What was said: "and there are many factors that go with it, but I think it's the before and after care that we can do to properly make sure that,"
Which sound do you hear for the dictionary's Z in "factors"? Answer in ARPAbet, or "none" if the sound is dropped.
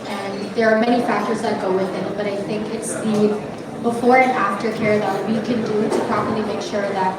Z